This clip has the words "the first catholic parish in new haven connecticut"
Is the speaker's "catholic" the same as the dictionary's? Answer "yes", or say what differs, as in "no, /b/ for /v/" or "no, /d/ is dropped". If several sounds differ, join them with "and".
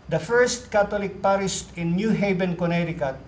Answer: no, /t/ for /θ/